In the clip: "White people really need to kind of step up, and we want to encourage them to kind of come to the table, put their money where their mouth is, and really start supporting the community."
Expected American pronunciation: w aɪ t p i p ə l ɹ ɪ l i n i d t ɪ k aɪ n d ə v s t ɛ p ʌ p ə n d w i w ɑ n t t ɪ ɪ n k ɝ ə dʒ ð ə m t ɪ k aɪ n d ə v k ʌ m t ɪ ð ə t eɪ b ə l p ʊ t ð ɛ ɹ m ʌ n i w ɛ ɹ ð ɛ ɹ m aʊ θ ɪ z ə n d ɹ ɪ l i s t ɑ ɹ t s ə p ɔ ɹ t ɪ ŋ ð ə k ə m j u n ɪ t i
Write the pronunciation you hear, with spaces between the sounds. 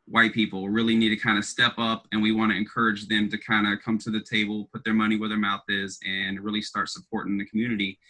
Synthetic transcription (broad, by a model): w aɪ t p i p l ɹ ɪ l i n i d t ɪ k aɪ n d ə s t ɛ p ʌ p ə n w i w ɑ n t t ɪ ɪ n k ɝ ə dʒ ð ə m t ɪ k aɪ n d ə k ʌ m t ɪ ð ə t eɪ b l p ʊ t ð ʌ ɹ m ʌ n i w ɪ ð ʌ ɹ m aʊ θ ɪ z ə n ɹ ɪ l i s t ɑ ɹ t s ə p ɔ ɹ t ɪ ŋ ð ə k m j u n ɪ t i